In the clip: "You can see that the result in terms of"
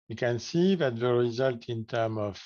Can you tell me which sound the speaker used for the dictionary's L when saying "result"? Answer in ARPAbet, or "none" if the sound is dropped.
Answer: L